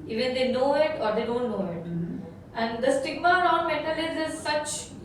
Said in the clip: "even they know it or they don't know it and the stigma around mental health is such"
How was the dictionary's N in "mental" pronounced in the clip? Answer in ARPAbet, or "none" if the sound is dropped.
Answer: none